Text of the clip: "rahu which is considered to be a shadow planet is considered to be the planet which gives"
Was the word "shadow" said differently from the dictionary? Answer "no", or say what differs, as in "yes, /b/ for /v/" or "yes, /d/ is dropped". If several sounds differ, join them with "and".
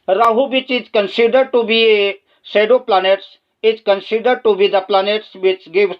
yes, /s/ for /ʃ/